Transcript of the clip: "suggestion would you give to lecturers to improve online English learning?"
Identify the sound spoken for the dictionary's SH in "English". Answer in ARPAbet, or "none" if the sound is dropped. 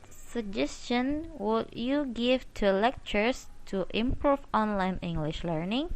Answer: SH